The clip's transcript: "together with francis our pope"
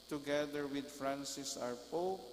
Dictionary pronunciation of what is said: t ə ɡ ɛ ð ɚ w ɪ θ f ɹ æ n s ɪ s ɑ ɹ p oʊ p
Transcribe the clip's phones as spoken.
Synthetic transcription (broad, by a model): t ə ɡ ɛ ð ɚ w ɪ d f ɹ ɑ n s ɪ s ɑ ɹ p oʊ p